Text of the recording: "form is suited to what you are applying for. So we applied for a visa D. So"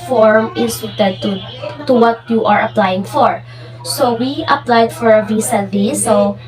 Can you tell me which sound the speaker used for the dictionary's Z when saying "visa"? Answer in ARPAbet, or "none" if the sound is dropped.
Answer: S